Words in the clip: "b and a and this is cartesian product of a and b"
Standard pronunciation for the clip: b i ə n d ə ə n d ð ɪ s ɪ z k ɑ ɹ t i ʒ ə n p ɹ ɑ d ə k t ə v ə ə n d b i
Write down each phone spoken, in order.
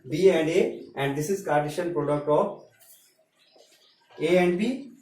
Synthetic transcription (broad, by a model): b i ə n d ə ə n d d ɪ s ɪ z k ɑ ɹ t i ʃ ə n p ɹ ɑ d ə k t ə p ə ə n d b i